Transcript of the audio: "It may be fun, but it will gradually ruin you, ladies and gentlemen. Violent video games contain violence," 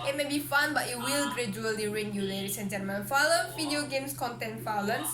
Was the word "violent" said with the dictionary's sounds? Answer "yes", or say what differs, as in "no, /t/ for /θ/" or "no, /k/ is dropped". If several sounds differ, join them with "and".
no, /f/ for /v/